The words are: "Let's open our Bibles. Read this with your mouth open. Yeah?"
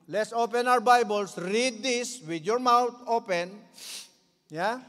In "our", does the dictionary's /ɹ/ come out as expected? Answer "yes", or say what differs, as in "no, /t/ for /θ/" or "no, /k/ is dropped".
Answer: no, /w/ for /ɹ/